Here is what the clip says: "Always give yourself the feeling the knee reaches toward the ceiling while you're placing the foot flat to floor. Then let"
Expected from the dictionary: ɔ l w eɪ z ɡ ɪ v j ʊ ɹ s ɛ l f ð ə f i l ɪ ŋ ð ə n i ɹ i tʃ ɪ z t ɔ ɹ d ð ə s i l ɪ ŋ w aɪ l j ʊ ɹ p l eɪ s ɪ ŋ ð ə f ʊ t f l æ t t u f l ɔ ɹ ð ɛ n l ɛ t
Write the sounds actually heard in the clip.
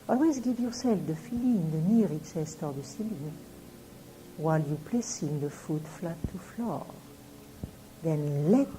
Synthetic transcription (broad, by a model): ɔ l w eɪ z ɡ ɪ v j ʊ ɹ s ɛ l f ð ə f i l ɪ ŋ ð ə n i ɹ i s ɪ s t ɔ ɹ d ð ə s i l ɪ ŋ w aɪ l j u p l eɪ s ɪ ŋ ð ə f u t f l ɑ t t u f l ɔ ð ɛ n l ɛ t